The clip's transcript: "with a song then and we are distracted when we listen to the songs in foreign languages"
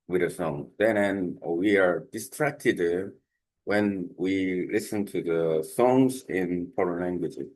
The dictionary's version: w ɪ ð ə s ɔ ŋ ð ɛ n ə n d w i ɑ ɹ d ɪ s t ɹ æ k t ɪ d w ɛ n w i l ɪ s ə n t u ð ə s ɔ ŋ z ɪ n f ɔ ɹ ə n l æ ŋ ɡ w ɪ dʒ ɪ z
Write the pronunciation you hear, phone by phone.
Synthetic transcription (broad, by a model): w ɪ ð ə s ɔ ŋ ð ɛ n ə n w i ɑ ɹ d ɪ s t ɹ æ k t ɪ d w ɛ n w i l ɪ s ə n t u ð ə s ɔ ŋ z ɪ n p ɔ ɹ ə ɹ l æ ŋ ɡ w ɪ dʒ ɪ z